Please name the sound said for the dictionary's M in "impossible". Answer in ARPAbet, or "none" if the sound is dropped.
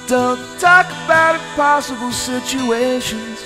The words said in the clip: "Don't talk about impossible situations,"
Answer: none